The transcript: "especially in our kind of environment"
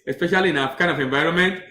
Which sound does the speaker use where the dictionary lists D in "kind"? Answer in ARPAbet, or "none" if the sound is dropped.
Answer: none